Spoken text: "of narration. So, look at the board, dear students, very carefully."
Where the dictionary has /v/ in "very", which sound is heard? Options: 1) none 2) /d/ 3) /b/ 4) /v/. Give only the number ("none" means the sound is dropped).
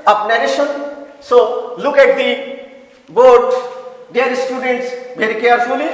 3